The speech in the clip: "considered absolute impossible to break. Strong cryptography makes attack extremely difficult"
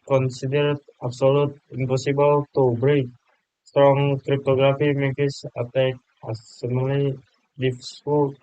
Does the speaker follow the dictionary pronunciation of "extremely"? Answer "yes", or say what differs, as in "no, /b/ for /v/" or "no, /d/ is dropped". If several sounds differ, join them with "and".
no, /k/ is dropped and /m/ is dropped